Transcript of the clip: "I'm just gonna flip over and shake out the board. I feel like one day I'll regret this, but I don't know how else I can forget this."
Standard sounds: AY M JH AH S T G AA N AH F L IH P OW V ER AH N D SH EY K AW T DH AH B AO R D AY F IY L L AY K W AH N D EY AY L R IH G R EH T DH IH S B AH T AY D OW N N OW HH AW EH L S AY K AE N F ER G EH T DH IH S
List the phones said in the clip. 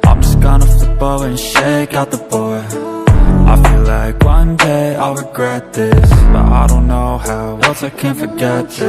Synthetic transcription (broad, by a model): AY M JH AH S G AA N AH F IH B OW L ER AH N SH EY K AW T DH AH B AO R AY F IY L L AY K W AH N D EY AY R IH G R EH T DH IH S B AH T AY D OW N N OW HH AW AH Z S AY K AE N F ER G EH T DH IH